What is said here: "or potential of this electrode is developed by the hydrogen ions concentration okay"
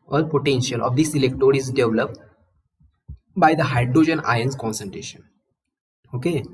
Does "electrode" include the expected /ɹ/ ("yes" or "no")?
no